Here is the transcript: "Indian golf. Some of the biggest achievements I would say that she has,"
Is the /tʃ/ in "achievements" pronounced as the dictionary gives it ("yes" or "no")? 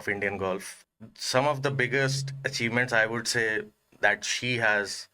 yes